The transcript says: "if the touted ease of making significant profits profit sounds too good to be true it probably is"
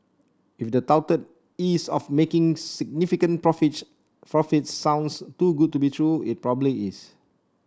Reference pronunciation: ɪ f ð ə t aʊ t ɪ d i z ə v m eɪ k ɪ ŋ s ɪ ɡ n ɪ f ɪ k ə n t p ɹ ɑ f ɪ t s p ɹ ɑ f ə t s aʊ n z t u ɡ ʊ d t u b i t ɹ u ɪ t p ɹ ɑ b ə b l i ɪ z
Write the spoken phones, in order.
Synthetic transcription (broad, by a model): ɪ f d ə t aʊ t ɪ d i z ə f m eɪ k ɪ ŋ s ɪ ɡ n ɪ f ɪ k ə n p ɹ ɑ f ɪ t p ɹ ɑ f ə t s aʊ n s t u ɡ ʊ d t u b i t ɹ u ɪ t p ɹ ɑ b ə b l i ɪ s